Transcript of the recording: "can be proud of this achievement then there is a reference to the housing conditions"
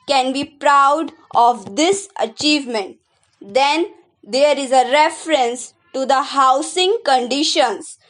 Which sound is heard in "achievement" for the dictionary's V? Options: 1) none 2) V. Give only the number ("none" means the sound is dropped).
2